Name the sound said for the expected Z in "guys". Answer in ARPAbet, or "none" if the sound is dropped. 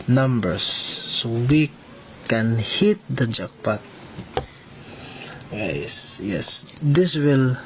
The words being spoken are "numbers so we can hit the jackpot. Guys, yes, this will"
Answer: S